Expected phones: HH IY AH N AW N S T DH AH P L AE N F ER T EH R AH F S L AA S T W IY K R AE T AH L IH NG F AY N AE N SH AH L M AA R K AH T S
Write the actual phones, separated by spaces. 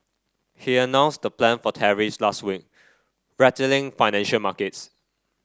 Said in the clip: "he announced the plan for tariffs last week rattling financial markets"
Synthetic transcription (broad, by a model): HH IY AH N AW N S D AH P L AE N F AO T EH R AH S L AA S T W IY K R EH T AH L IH NG F AY N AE N SH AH L M AA K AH T S